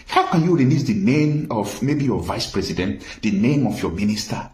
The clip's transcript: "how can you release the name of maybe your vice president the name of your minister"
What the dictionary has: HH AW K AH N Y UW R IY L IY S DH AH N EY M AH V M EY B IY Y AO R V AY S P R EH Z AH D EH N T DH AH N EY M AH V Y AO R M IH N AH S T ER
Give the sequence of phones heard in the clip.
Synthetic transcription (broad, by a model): HH AW K AH N Y UW R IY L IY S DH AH N EY M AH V M EY B IY Y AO V AY S P R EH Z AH D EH N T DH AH N EY M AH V Y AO M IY N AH S T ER